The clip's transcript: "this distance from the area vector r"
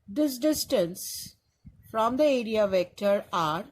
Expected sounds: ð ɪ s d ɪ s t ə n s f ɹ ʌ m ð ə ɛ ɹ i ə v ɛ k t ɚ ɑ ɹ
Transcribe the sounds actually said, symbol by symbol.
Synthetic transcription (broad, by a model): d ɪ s d ɪ s t ə n s f ɹ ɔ m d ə ɛ ɹ i ə v ɛ k t ɚ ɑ ɹ